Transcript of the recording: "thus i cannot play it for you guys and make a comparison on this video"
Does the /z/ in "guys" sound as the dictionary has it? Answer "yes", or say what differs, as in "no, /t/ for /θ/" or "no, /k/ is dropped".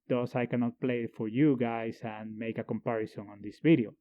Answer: no, /s/ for /z/